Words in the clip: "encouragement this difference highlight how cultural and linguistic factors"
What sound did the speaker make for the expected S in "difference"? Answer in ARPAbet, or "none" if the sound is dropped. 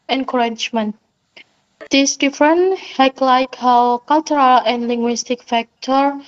none